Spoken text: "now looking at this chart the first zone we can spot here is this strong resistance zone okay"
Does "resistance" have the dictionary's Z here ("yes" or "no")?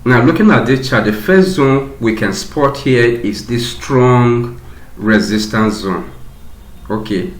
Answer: yes